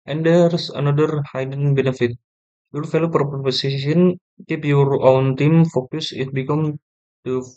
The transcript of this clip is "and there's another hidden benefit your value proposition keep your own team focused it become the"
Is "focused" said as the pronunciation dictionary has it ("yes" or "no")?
no